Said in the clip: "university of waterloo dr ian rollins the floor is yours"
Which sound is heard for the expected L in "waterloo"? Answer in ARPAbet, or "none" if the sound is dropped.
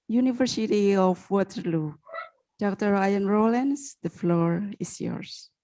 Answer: L